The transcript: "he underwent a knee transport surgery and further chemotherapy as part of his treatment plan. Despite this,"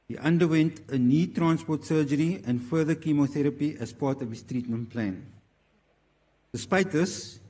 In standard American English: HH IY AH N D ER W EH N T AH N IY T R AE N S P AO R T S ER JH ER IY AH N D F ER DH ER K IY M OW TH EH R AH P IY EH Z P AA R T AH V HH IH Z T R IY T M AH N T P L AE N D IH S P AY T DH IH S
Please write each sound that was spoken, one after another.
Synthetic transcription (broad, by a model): HH IY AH N D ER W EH N T AH N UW T R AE N S P AO T S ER JH ER IY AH N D F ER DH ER K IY M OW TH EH R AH P IY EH S P AA T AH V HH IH S T R IY T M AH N P L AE N D IH S P AY T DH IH S